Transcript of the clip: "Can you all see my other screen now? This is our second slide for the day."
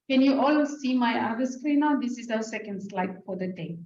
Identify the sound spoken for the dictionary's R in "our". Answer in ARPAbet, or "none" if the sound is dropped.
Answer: W